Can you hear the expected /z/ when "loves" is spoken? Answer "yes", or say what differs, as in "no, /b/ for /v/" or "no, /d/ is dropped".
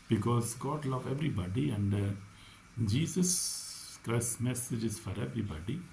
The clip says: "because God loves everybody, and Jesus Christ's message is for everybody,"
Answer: no, /z/ is dropped